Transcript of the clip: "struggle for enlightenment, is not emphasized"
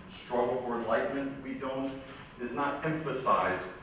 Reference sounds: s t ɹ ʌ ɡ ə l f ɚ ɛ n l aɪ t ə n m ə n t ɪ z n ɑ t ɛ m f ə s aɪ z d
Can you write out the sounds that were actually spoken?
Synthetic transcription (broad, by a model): s t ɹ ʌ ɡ l f ɚ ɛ n l aɪ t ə n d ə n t ɪ z n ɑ t ɛ m f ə s aɪ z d